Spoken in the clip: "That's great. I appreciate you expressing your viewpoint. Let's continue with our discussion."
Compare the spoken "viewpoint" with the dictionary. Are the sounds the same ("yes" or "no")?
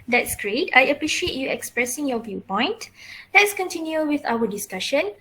yes